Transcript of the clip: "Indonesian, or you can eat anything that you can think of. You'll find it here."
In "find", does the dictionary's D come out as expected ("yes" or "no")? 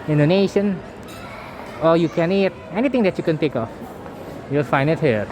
no